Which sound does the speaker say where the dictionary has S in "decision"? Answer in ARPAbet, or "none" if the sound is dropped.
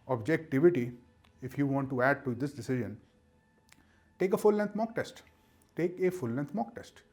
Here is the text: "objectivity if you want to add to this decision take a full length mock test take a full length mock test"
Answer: S